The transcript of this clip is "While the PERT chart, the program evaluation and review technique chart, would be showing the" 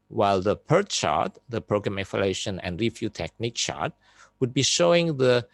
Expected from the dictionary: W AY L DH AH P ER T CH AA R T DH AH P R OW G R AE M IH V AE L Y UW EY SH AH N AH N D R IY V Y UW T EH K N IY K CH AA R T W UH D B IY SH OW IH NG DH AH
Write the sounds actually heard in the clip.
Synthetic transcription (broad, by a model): W AY L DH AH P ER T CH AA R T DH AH P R OW G R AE M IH F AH L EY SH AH N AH N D R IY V Y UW T EH K N IY K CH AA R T W UH D B IY SH OW IH NG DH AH